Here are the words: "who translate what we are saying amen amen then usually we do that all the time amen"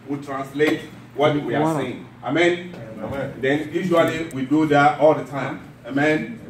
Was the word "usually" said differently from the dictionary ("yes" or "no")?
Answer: yes